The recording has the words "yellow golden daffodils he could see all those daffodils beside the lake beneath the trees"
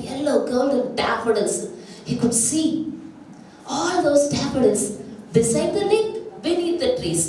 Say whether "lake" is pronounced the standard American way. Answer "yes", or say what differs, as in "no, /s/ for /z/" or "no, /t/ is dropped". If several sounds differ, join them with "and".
no, /n/ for /l/